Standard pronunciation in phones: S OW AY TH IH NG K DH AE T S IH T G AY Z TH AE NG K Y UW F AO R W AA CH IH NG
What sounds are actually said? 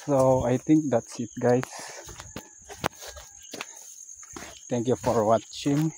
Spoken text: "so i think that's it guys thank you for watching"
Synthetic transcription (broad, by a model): S OW AY T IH NG K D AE T S IH T G AY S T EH NG K Y UW F AO R W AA CH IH NG